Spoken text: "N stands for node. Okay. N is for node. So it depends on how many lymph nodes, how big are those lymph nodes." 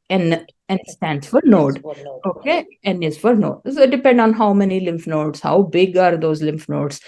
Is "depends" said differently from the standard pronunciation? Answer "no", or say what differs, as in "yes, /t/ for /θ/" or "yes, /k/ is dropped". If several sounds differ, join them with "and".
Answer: yes, /z/ is dropped